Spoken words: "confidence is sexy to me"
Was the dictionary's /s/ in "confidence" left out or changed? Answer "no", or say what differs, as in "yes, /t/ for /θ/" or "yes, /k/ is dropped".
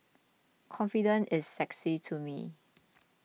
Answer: yes, /s/ is dropped